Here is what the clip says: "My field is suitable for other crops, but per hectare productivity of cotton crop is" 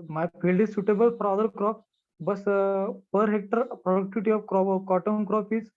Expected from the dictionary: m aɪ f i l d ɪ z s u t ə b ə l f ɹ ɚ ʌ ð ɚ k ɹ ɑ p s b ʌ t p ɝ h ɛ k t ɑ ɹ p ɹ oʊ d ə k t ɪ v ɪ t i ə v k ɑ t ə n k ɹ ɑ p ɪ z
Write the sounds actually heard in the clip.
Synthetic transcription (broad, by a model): m aɪ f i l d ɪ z s u t ə b ə l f ɹ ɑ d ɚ k ɹ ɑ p b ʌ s p ɝ h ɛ k t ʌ ɹ p ɹ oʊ d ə k t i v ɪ t i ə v k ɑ t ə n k ɹ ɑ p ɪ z